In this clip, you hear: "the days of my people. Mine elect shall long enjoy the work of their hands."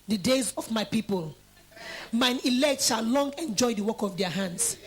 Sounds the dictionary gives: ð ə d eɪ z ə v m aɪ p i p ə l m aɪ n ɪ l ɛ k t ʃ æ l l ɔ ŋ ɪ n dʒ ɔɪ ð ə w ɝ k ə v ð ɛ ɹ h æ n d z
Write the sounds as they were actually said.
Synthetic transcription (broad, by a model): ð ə d eɪ z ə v m aɪ p i p ə l m aɪ n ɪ l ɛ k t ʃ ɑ l l ɔ ŋ ɪ n dʒ ɔɪ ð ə w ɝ k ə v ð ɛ h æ n d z